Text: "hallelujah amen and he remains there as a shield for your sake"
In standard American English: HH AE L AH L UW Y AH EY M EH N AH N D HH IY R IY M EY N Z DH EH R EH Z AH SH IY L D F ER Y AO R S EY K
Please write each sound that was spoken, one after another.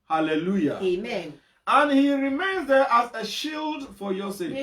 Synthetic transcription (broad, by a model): HH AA L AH L UW Y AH EY M EH N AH N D HH IY R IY M EY N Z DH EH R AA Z AH SH IY L D F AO Y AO S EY